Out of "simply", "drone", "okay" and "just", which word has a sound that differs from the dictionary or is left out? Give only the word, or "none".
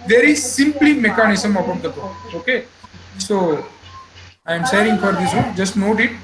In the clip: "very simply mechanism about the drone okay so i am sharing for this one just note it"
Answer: drone